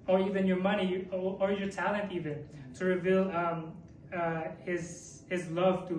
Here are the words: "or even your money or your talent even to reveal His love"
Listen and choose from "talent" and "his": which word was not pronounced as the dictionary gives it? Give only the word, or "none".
none